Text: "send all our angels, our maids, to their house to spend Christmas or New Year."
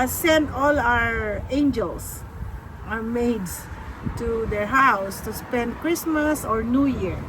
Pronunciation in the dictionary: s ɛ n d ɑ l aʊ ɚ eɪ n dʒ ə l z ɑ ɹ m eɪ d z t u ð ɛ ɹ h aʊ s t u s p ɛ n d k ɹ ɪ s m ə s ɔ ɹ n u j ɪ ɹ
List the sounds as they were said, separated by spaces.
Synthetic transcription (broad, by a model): s ɛ n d ɑ l aʊ ɚ eɪ n dʒ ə l s ɑ ɹ m eɪ d s t u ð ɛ ɹ h aʊ s t u s p ɛ n d k ɹ ɪ s m ə s ɔ ɹ n u j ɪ ɹ